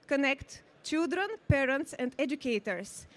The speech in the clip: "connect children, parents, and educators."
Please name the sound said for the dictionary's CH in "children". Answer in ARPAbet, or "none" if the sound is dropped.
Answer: CH